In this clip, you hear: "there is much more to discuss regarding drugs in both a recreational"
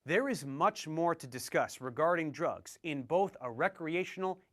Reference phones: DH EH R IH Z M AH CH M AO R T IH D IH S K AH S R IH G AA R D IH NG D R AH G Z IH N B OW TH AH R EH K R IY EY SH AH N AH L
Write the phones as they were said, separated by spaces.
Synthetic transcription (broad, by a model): DH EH R IH Z M AH CH M AO R T IH D IH S K AH S R IH G AA R D IH NG D R AH G Z IH N B OW TH AH R EH K R IY EY SH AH N L